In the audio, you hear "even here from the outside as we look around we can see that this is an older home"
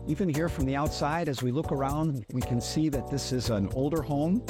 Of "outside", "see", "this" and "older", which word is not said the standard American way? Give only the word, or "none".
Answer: none